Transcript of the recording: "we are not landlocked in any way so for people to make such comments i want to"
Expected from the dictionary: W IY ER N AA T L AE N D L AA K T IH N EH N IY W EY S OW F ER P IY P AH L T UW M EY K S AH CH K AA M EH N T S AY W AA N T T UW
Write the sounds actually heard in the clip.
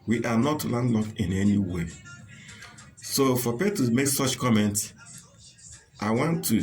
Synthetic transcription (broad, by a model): W IY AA N AA T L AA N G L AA K IH N EH N IY W EY S OW F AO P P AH T UW M EY K S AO CH K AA M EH N T S AY W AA N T T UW